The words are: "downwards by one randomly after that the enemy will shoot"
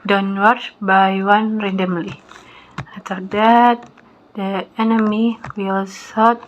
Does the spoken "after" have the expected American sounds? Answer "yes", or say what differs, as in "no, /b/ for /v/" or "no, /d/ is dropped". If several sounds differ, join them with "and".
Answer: no, /f/ is dropped